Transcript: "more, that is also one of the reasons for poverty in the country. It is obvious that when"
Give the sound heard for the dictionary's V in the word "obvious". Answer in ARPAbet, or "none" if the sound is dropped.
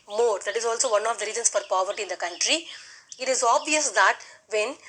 V